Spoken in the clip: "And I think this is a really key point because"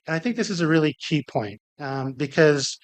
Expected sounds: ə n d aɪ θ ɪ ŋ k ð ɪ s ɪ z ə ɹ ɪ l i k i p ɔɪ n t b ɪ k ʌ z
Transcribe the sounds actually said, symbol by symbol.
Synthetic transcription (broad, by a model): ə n aɪ θ ɪ ŋ k ð ɪ s ɪ z ə ɹ ɪ l i k i p ɔɪ n t b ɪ k ʌ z